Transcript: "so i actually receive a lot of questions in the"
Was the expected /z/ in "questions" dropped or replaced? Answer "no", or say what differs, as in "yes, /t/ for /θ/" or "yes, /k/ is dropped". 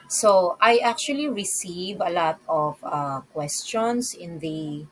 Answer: yes, /s/ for /z/